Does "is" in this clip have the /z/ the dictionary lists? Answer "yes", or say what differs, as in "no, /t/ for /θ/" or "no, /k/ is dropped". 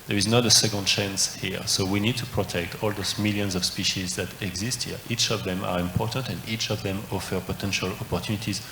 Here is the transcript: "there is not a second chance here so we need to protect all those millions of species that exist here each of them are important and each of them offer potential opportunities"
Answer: yes